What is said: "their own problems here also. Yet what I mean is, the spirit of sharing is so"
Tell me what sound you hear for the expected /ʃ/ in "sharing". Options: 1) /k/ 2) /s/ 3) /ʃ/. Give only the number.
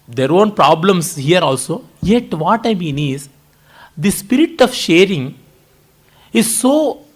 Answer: 3